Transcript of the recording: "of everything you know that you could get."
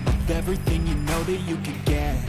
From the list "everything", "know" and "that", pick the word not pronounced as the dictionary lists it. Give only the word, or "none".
none